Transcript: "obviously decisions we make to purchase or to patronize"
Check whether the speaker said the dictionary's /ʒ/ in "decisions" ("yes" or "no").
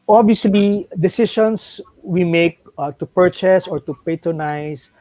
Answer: no